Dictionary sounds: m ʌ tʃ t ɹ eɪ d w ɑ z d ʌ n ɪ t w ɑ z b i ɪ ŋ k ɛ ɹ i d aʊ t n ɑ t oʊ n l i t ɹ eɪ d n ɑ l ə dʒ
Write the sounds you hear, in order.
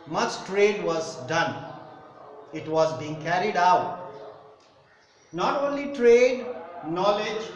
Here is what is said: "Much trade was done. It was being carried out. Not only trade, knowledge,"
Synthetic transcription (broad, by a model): m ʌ tʃ t ɹ eɪ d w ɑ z d ʌ n ɪ t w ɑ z b i ɪ ŋ k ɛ ɹ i d aʊ t n ɑ t oʊ n l i t ɹ eɪ d n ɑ l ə dʒ